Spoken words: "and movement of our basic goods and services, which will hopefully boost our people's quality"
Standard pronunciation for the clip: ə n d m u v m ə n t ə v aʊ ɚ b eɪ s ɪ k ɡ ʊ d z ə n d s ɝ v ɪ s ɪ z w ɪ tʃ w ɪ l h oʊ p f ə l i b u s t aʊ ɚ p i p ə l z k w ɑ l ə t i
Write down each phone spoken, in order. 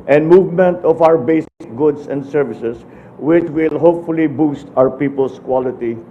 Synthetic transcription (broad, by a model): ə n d m u v m ə n t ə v aʊ ɚ b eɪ s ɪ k ɡ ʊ d s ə n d s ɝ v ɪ s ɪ s w ɪ tʃ w ɪ l h oʊ p f ə l i b u s t aʊ ɚ p i p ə l s k w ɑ l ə t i